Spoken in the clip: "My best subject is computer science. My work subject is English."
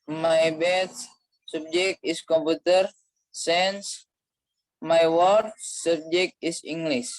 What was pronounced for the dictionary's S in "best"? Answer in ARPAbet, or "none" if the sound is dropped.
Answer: none